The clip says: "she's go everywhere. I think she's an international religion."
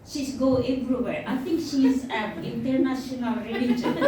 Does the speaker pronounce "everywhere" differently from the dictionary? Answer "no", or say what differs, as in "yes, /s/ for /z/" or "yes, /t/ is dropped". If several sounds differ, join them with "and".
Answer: yes, /b/ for /v/